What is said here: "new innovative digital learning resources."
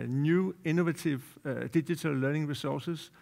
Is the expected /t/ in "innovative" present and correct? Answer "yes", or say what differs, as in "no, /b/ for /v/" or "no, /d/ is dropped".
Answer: no, /s/ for /t/